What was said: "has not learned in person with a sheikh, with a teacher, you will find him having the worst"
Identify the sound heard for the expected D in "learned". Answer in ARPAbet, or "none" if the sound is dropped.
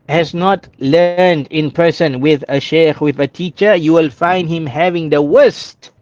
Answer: D